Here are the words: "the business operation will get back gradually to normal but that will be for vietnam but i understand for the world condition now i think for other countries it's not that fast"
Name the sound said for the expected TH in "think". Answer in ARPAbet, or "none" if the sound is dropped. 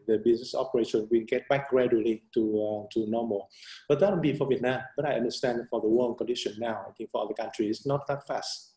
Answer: T